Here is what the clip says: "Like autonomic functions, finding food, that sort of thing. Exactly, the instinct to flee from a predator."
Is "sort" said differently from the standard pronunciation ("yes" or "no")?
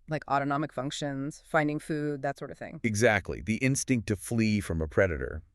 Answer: no